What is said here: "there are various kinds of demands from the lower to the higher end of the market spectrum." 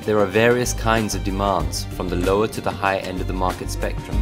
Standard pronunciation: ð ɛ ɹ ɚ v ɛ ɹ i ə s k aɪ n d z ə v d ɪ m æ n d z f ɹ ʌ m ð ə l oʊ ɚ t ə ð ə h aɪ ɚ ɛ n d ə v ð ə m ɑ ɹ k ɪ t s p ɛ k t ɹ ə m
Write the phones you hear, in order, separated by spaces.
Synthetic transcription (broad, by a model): ð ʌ ɹ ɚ v ɛ ɹ i ə s k aɪ n d z ə v d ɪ m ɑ n d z f ɹ ʌ m ð ə l oʊ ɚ t ə ð ə h aɪ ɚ ɛ n d ə v ð ə m ɑ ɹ k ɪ t s p ɛ k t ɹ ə m